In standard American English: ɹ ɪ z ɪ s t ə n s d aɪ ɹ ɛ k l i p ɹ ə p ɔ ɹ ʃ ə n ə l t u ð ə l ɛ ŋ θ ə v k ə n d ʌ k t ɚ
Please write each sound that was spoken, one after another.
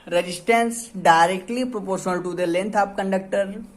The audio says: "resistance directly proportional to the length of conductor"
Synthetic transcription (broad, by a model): ɹ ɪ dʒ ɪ s t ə n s d aɪ ɹ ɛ k l i p ɹ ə p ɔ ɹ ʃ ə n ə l t u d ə l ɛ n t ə p k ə n d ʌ k t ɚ